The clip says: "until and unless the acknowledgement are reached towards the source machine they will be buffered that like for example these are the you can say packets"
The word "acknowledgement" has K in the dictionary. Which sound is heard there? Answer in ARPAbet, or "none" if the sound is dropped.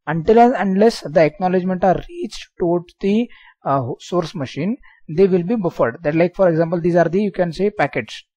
K